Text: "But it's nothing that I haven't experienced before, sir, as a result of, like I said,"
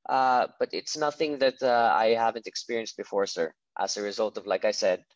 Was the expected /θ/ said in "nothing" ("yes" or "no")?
yes